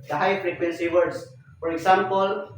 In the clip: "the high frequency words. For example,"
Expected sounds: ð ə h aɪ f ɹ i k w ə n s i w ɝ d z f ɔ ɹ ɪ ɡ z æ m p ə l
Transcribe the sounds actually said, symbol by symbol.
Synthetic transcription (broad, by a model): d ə h aɪ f ɹ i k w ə n s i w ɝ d s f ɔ ɹ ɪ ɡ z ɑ m p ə l